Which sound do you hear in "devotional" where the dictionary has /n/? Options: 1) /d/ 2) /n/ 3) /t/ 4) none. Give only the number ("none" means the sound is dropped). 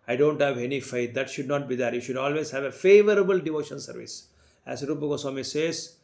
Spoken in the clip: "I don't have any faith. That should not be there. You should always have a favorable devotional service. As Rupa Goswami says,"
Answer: 4